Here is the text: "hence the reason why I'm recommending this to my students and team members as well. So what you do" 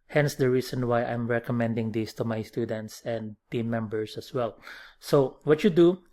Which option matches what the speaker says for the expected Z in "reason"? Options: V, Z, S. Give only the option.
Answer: S